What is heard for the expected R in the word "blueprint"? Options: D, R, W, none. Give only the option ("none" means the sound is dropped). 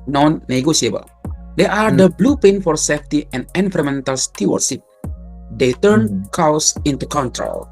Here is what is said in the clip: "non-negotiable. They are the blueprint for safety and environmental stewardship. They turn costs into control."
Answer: none